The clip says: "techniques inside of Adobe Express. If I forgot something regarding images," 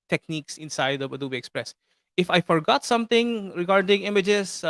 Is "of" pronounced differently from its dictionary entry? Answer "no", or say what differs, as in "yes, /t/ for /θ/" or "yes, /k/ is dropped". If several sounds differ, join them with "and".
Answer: yes, /b/ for /v/